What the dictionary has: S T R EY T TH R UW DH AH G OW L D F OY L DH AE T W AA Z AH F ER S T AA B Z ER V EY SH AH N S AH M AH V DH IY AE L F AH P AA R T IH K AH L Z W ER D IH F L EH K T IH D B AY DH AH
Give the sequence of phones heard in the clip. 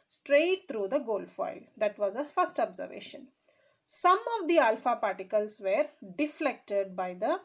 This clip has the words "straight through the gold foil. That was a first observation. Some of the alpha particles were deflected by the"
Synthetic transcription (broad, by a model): S T R EY T T R UW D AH G OW L D F OY L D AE T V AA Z AH F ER S T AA B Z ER V EY SH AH N S AH M AH V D IY AE L F AH P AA R T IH K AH L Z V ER D IH F L EH K T IH D B AY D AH